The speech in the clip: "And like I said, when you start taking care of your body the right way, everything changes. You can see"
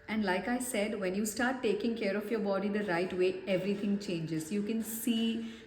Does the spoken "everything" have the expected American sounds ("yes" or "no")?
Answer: no